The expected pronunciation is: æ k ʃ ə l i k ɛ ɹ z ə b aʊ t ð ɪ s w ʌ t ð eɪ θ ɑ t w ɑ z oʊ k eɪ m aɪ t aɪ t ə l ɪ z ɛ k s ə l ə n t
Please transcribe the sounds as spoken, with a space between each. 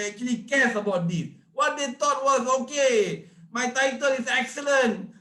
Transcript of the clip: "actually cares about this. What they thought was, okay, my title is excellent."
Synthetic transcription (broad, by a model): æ k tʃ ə l i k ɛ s ə b aʊ t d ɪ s w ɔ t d eɪ t ɑ t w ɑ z oʊ k eɪ m aɪ t aɪ t ə l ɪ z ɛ k s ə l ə n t